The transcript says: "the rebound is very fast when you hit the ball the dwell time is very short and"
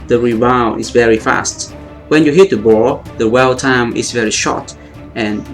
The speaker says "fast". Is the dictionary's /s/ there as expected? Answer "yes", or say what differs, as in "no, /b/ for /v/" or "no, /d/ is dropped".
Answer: yes